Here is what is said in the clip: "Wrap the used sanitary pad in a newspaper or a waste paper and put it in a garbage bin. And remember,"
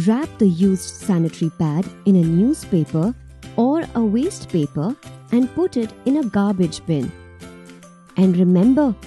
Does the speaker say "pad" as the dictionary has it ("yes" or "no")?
yes